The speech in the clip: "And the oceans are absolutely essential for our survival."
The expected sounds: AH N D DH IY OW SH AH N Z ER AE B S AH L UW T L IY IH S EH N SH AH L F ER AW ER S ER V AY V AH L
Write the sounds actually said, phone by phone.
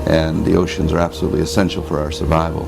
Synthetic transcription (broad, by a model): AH N DH IY OW SH AH N Z ER AE B S AH L UW T L IY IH S EH N SH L F ER AW ER S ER V AY V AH L